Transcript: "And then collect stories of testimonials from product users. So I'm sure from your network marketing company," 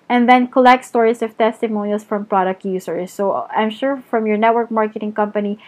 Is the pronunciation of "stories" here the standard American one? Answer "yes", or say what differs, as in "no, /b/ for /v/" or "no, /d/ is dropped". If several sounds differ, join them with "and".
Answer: no, /s/ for /z/